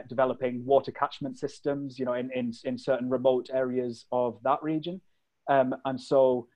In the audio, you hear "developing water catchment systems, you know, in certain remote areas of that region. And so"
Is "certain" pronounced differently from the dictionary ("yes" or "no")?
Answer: yes